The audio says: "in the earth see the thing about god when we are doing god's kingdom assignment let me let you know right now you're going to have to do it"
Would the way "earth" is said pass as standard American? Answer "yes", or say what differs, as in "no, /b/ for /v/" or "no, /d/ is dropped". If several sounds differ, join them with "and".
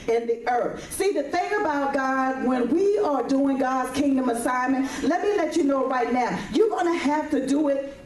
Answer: yes